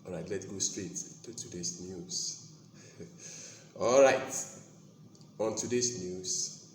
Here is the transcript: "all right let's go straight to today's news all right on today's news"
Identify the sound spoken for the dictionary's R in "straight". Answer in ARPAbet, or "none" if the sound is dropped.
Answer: R